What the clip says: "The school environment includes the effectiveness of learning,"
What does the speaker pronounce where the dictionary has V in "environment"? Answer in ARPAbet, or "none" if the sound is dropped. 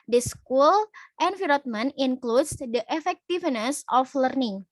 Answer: F